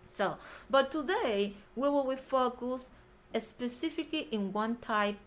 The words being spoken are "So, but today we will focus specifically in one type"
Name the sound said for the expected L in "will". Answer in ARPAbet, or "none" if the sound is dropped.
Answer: W